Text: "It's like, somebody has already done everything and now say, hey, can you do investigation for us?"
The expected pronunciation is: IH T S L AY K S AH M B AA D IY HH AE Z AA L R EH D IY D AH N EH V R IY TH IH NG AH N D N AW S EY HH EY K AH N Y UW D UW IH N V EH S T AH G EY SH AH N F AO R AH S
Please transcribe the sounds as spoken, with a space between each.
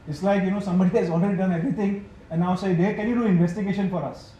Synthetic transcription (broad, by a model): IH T S L AY K S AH M B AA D IY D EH S AA L R EH D IY D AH N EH V R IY T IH NG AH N N AW S EY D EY K AH N Y UW D UW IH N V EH S T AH G EY SH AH N F AO R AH S